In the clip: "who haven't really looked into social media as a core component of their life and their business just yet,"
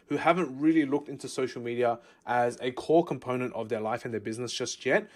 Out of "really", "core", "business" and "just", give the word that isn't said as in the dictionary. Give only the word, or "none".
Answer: none